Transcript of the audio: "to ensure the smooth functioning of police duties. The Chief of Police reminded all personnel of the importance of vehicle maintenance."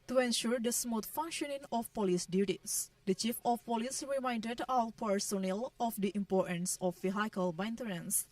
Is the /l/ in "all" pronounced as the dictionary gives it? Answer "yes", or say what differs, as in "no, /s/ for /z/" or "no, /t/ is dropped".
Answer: no, /w/ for /l/